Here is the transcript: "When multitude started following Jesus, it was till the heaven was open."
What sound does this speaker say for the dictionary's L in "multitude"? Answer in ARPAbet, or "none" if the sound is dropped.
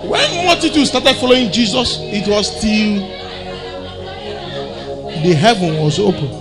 none